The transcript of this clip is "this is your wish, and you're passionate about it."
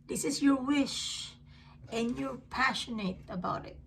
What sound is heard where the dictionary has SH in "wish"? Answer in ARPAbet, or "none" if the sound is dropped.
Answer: SH